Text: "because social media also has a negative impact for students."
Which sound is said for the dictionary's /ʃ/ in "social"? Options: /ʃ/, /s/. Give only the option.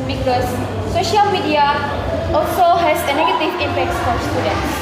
/ʃ/